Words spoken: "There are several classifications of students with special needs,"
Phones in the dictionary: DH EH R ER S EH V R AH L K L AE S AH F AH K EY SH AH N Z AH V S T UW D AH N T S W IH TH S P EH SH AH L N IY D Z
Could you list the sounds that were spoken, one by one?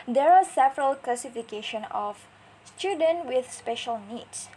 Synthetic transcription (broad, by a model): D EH R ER S EH V R AH L K L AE S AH F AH K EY SH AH N AH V S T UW D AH N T W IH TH S P EH SH AH L N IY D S